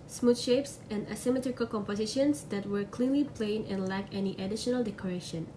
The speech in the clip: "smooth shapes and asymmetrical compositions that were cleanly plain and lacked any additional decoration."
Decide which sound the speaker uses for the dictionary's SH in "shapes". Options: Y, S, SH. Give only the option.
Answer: SH